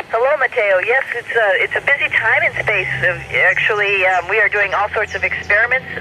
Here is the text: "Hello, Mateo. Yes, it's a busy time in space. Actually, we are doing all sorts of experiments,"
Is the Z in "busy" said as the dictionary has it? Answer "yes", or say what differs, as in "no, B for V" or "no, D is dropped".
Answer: yes